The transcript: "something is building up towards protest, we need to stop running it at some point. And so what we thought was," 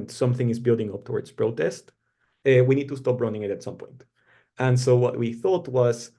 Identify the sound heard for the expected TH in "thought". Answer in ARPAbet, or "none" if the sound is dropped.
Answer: TH